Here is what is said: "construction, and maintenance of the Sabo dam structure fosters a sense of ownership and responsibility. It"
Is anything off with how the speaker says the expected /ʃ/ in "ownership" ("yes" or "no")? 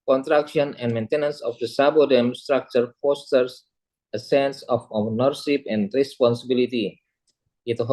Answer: yes